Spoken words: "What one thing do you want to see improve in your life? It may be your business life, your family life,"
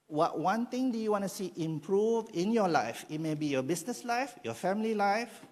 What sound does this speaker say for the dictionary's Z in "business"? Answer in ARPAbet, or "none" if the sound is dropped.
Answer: S